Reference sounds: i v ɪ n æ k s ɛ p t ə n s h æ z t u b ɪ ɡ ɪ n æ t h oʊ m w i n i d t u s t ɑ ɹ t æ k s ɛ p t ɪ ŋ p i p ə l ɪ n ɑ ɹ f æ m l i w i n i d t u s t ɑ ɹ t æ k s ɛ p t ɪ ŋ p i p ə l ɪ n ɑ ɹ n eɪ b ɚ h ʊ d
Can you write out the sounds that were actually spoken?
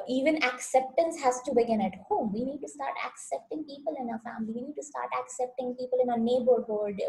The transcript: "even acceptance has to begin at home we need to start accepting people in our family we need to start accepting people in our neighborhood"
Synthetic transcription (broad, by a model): i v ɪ n æ k s ɛ p t ə n s h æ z t u b ɪ ɡ ɪ n æ t h oʊ m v i n i d t u s t ɑ ɹ t æ k s ɛ p t ɪ ŋ p i p ə l ɪ n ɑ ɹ f æ m l i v i n i d t u s t ɑ ɹ t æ k s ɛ p t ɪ ŋ p i p ə l ɪ n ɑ n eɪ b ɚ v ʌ d